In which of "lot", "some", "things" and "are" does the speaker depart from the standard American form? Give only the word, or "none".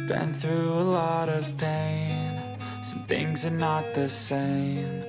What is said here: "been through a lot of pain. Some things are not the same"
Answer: none